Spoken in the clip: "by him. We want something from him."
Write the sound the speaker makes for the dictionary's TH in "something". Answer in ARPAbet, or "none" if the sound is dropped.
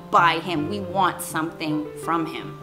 TH